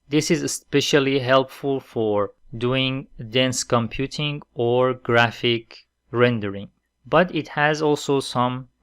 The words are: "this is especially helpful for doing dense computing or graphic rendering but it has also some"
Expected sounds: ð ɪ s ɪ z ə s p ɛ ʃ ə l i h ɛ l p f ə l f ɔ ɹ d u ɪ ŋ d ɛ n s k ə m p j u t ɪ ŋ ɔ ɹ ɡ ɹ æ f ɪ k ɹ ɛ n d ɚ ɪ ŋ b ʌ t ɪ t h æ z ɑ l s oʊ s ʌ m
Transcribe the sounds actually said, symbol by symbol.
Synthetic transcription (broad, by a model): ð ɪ s ɪ z ə s p ɛ ʃ ə l i h ɛ l p f ə l f ɔ ɹ d u ɪ ŋ d ɛ n s k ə m p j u t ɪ ŋ ɔ ɹ ɡ ɹ æ f ɪ k ɹ ɛ n d ɚ ɪ ŋ b ʌ t ɪ t h æ z ɑ l s oʊ s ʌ m